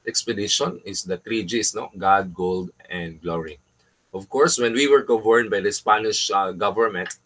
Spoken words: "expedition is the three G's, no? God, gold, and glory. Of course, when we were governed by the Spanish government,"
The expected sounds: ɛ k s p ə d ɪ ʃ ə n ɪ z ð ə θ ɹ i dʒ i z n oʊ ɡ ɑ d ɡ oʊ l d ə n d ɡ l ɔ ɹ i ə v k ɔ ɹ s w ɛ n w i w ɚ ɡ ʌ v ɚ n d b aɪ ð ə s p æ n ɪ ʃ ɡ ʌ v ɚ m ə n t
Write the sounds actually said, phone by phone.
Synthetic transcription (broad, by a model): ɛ k s p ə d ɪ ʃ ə n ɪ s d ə t ɹ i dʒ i s n oʊ ɡ ɑ d ɡ oʊ l d ə n d ɡ l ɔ ɹ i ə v k ɔ ɹ s w ɛ n w i w ɚ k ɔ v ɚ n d b aɪ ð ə s p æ n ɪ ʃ ɡ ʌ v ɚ m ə n t